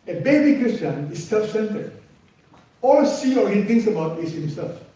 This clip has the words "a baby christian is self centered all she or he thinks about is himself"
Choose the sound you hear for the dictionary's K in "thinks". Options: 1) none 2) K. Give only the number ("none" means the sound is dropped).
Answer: 1